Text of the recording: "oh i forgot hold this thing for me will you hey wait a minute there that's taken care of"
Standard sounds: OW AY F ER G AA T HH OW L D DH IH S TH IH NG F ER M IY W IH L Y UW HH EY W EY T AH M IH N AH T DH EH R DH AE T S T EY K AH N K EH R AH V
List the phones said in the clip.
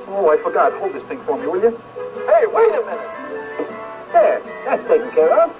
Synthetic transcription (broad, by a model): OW AY F ER G AA T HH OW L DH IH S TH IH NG F ER M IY W IH L Y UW HH EY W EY AH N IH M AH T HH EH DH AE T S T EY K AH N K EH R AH